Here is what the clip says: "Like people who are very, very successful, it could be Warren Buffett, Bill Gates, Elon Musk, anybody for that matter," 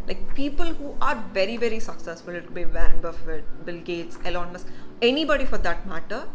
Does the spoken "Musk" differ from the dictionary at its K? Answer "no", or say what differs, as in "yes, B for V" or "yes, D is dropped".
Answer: yes, K is dropped